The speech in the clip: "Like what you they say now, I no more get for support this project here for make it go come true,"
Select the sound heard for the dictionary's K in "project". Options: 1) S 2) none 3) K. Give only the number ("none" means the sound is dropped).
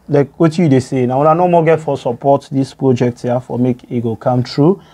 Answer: 3